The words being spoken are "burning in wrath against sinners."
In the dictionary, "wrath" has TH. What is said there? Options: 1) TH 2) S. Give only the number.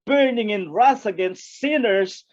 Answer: 2